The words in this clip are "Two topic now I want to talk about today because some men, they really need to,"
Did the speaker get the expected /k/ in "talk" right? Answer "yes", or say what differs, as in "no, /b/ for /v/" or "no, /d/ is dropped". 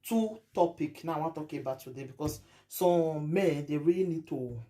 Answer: no, /k/ is dropped